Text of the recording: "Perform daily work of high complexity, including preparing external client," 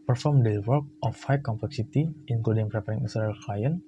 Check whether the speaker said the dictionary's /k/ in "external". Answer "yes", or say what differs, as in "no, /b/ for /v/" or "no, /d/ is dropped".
no, /k/ is dropped